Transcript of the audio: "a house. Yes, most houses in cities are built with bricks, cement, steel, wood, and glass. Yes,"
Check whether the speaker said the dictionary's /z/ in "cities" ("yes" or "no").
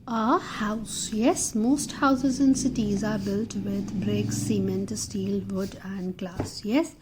yes